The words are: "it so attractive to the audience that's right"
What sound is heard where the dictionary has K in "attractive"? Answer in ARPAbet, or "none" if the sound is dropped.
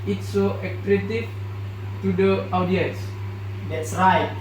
none